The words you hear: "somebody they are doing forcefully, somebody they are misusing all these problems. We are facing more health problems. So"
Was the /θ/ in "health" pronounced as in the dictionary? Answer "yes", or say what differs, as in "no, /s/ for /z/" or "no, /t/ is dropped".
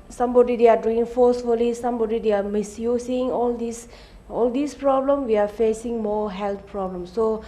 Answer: no, /t/ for /θ/